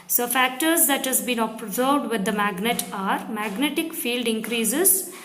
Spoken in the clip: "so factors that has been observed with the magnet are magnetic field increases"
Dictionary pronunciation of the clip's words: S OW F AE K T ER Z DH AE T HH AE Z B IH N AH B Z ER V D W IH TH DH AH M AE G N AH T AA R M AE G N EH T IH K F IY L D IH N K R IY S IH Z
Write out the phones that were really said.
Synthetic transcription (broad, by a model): S OW F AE K T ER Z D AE T HH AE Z B IH N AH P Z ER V D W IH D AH M AE G N AH T AA R M AE G N EH T IH K F IY L D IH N K R IY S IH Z